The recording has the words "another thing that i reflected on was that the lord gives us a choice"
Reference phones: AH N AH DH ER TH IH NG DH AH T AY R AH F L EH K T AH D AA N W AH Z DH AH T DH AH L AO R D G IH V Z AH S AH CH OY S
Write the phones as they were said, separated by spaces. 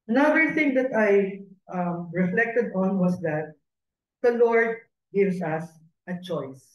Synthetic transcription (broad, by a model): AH N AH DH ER TH IH NG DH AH T AY R AH F L EH K T AH D AA N W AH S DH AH T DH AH L AO R D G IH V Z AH S AH CH OY S